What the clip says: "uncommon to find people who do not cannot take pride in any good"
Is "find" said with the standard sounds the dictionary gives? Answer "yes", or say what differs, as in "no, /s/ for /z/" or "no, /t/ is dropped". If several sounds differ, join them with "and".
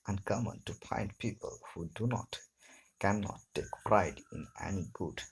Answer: no, /p/ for /f/